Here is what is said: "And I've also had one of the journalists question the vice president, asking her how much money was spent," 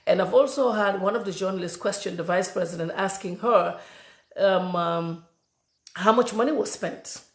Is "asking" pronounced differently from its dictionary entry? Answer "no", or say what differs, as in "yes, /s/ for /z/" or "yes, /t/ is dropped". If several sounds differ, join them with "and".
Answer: no